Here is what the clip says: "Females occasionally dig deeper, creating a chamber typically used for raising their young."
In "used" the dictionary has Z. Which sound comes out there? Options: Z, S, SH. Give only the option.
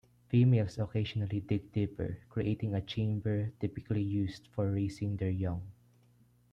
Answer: S